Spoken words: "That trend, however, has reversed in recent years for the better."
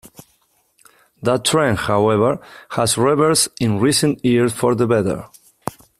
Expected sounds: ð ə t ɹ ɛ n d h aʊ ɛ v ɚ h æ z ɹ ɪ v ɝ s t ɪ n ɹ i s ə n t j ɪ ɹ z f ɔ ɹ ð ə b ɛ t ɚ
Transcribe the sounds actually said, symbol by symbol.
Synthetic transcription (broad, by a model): ð ə t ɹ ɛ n h aʊ ɛ v ɚ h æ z ɹ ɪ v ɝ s ɪ n ɹ i s ə n t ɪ ɹ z f ɔ ɹ ð ə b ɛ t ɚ